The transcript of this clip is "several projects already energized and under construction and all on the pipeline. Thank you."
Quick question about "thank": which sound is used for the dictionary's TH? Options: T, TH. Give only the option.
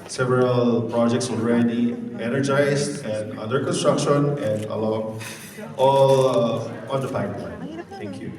T